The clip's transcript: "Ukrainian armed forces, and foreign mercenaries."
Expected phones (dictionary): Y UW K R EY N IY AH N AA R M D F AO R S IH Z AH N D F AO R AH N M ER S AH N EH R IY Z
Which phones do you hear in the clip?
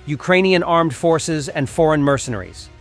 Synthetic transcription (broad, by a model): Y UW K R EY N IY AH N AA R M D F AO R S IH Z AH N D F AO R AH N M ER S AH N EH R IY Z